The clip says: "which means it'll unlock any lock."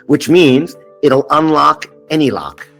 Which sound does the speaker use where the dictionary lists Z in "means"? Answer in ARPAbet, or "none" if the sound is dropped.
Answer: Z